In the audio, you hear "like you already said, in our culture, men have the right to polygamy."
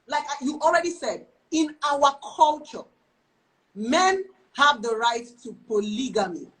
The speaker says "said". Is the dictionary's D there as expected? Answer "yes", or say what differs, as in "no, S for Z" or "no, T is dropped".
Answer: yes